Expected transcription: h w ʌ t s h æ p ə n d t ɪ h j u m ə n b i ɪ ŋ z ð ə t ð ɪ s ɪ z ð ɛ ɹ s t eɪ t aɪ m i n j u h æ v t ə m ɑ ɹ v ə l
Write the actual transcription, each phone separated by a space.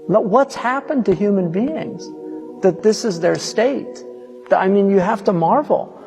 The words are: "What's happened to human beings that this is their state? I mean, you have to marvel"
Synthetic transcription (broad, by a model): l w ʌ t s h æ p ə n t ɪ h j u m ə n b i ɪ ŋ z ð ə t ð ɪ s ɪ z ð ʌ ɹ s t eɪ t aɪ m i n j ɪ h æ f t ə m ɑ ɹ v l